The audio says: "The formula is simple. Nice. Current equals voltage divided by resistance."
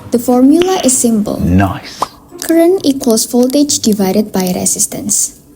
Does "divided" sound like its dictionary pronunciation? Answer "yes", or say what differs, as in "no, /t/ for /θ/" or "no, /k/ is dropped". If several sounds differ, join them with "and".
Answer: yes